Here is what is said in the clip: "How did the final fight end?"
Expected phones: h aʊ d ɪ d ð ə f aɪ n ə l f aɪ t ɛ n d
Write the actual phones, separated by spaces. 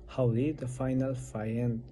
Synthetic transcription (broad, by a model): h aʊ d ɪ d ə f aɪ n ə l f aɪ ɛ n